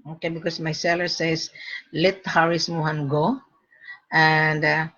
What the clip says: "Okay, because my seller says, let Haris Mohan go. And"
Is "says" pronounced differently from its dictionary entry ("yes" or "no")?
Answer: yes